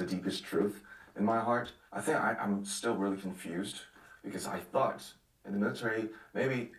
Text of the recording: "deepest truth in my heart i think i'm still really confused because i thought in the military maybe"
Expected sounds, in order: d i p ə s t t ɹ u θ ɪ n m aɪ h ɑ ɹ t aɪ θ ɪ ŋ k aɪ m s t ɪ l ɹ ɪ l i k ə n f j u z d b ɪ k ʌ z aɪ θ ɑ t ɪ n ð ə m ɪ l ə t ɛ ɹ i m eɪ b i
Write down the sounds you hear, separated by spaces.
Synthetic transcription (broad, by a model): d i p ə s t t ɹ u θ ɪ n m aɪ h ɑ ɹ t aɪ θ ɪ ŋ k aɪ m s t ɪ l ɹ ɪ l i k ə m f j u z d b ɪ k ʌ z aɪ θ ɑ t ɪ n ð ə m ɪ l ə t ɛ ɹ i m eɪ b i